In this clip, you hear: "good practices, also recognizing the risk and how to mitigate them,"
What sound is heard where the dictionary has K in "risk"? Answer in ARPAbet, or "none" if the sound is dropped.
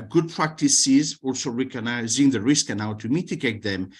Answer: K